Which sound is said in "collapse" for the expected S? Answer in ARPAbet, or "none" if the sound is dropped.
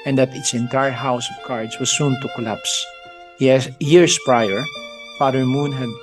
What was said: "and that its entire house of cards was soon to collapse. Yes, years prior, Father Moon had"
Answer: S